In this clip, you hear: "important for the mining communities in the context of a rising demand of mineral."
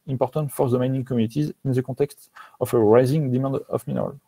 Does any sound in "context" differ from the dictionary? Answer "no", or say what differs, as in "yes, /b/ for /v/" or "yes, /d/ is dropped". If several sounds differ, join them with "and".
yes, /n/ is dropped